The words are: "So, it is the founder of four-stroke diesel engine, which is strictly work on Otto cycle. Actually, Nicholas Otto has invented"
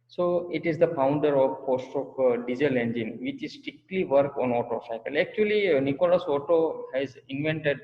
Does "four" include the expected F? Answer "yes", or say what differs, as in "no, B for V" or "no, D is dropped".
no, P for F